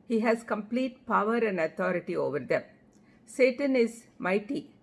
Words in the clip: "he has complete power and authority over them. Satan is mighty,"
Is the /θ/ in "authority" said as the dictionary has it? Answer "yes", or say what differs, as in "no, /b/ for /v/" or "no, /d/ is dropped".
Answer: no, /t/ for /θ/